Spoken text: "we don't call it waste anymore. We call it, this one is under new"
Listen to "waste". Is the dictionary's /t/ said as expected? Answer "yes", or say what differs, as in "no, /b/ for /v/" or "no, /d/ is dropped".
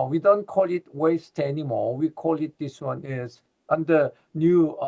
yes